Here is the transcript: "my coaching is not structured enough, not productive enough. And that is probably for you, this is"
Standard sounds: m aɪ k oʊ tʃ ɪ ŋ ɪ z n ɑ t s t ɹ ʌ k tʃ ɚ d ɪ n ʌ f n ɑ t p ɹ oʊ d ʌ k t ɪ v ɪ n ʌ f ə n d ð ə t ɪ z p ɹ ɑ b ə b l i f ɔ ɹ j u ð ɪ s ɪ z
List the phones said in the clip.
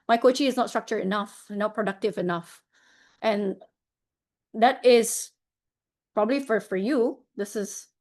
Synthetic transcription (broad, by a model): m aɪ k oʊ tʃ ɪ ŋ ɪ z n ɑ t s t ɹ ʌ k tʃ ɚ ɪ n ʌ f n ɑ t p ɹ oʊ d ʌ k t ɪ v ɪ n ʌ f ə n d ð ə t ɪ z p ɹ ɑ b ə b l i f ɔ ɹ j u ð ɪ s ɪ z